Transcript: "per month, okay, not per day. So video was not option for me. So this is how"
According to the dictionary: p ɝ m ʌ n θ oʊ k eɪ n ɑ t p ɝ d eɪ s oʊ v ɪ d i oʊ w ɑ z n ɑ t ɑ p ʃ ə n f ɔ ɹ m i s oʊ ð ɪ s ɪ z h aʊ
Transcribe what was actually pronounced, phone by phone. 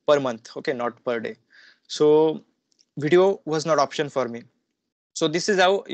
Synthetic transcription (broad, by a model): p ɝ m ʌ n t oʊ k eɪ n ɑ t p ɝ d eɪ s oʊ v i d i oʊ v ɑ z n ɑ t ɑ p ʃ ə n f ɔ ɹ m i s oʊ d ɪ s ɪ z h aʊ